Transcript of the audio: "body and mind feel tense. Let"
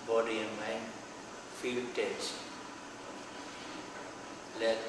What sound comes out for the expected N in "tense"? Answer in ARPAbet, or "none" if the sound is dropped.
none